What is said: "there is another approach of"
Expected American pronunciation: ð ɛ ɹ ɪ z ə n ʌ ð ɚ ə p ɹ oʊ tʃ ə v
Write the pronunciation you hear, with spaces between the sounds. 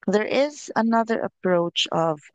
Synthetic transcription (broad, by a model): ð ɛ ɹ ɪ z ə n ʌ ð ɚ ə p ɹ oʊ tʃ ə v